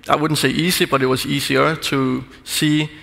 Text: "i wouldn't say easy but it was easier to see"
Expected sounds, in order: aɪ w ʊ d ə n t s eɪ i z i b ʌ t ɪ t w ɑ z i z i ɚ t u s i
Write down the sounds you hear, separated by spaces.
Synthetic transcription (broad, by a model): aɪ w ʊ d n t s eɪ i s i b ʌ t ɪ t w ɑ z i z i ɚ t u s i